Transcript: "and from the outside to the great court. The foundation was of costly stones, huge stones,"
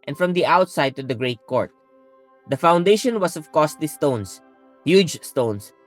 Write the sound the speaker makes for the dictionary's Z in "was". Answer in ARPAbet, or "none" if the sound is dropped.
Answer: S